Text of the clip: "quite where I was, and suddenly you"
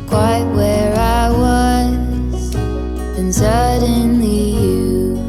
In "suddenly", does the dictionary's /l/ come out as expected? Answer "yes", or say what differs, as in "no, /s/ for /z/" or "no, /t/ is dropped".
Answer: no, /l/ is dropped